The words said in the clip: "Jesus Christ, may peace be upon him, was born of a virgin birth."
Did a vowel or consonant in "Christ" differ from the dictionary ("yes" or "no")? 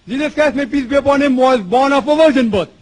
yes